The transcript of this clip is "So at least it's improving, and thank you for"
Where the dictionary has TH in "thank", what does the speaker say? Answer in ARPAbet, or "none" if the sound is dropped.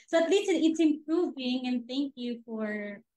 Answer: TH